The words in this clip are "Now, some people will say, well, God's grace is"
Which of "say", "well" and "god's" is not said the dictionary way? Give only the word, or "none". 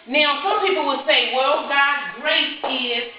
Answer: god's